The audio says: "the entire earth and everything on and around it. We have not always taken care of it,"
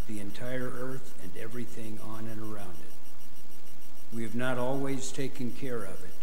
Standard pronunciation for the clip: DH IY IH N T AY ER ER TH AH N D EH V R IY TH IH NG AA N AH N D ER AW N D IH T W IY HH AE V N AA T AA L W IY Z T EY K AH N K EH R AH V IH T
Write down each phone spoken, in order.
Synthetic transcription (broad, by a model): DH IY IH N T AY ER ER TH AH N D EH V R IY TH IH NG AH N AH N ER AW N D IH T W IY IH V N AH T AA L W IY Z T EY K AH N K EH R AH V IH T